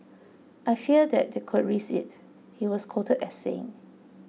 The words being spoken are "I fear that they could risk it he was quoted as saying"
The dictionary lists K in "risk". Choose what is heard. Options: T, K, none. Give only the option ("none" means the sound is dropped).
none